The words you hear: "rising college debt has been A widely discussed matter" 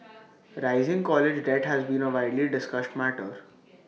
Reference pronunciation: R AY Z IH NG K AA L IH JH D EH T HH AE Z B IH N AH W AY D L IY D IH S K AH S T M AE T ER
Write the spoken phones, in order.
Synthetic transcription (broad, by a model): R AY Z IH NG K AA L IH JH D EH T HH AE Z B IH N AH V AY D L IY D IH S K AH S T M AE T ER